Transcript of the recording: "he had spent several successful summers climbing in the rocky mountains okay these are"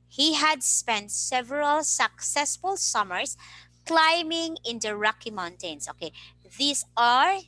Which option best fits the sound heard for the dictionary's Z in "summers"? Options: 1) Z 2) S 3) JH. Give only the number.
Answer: 2